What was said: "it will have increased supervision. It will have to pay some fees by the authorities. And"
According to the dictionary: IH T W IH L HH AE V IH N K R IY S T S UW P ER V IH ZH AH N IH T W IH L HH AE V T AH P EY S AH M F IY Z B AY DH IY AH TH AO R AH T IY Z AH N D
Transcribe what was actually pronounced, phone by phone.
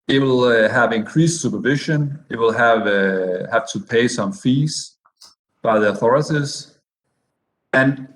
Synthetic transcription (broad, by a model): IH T W IH L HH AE V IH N K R IY S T S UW P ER V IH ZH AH N IH T W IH L HH AE V T AH P EY S AH M F IY Z B AY DH IY AH TH AO R AH T IY Z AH N